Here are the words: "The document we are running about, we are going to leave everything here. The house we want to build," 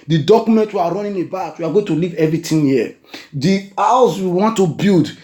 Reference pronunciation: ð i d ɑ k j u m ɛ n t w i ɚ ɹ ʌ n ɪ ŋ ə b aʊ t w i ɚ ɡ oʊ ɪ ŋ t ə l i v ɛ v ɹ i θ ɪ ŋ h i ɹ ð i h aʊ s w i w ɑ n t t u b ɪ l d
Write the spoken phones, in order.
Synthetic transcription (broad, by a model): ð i d ɑ k j u m ɛ n t w i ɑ ɹ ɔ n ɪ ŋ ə b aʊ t w i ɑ ɡ oʊ ɪ ŋ t ə l i v ɛ v ɹ i t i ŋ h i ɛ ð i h aʊ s w i w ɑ n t t u b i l d